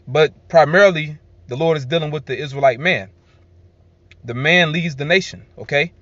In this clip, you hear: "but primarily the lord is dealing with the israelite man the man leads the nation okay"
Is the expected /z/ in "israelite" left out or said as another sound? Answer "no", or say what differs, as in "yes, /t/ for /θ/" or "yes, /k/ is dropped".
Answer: no